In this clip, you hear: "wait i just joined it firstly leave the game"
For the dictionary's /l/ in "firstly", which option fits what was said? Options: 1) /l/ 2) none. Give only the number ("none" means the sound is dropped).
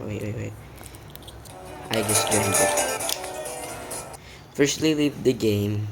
1